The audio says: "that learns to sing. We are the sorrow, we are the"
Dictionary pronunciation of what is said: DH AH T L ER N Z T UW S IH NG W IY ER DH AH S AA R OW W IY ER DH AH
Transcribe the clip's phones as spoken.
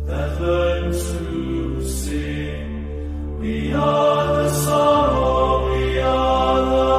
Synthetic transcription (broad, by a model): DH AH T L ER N T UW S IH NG W IY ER DH AH S AA R OW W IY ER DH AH